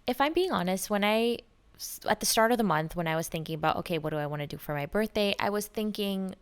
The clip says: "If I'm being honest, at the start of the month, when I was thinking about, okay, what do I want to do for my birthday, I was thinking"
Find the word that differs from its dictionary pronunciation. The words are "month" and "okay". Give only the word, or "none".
none